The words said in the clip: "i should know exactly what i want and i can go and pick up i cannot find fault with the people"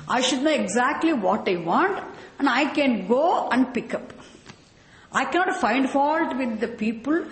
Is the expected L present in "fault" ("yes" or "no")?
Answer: yes